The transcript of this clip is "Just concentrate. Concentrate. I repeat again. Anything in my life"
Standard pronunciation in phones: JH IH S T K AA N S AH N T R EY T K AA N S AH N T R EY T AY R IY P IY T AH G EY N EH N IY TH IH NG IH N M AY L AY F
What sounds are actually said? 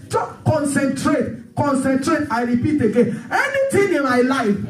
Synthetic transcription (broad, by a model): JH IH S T K AA N S AH N T R EY T K AA N S AH N T R EY T AY R IY P IY T AH G EY N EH N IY T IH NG IH N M AY L AY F